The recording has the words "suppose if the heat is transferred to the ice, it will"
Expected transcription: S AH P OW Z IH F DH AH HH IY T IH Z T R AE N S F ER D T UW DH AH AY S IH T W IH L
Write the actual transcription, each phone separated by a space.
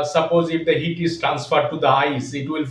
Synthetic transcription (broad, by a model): S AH P OW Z IH F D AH HH IY T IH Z T R AE N S F ER D T UW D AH AY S IH T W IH L